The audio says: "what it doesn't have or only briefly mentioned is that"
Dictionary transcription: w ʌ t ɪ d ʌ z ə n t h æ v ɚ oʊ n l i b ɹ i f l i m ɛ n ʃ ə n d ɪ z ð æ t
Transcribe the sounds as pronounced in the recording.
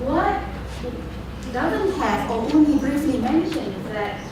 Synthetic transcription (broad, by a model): w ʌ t d ʌ z ə n t h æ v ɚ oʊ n i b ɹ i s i m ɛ n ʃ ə n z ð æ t